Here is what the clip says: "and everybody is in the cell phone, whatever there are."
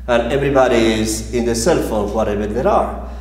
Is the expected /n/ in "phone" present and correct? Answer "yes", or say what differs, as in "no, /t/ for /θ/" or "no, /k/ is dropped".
no, /l/ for /n/